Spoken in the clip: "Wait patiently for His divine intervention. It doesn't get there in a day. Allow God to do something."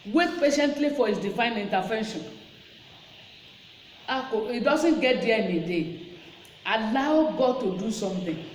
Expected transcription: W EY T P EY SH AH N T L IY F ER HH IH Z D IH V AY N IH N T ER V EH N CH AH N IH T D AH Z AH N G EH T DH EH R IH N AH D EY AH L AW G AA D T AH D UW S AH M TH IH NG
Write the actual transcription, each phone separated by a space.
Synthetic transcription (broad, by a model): W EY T P EY SH AH N T L IY F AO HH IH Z D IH F AY N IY N T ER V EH N SH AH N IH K D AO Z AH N G EH T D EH IH N AH D EY AH L AW G AA D T AH D UW S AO M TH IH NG